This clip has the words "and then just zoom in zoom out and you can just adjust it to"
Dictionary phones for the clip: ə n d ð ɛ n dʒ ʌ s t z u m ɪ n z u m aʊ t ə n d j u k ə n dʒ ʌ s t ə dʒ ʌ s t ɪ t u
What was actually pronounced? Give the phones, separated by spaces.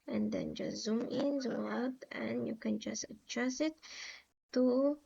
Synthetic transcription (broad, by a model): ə n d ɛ n dʒ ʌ z u m ɪ n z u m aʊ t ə n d j u k ə n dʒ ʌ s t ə tʃ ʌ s ɪ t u